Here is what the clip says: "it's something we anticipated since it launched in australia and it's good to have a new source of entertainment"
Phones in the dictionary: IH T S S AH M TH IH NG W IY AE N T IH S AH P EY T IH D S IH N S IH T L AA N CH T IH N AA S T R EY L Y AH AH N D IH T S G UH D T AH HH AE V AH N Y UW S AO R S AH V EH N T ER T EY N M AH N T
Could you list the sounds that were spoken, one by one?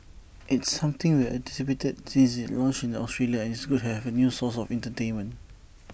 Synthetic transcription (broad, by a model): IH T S S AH M T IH NG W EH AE T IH S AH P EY T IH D S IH N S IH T L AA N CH IH N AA S T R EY L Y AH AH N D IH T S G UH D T HH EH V AH N Y UW S AO S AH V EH N T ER T EY N M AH N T